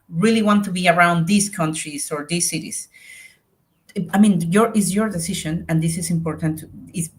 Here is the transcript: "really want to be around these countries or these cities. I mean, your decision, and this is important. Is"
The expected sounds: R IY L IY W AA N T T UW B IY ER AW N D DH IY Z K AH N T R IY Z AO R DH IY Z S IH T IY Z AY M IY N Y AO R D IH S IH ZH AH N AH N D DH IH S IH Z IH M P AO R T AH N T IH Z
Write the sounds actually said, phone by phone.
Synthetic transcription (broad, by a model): R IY L IY W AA N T T UW B IY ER AW N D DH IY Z K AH N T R IY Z AO R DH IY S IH T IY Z AY M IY N Y AO R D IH S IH SH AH N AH N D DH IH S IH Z IH M P AO R T AH N T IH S